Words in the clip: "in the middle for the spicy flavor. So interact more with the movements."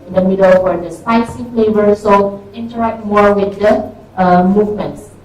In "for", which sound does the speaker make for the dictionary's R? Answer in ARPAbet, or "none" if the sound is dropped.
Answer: W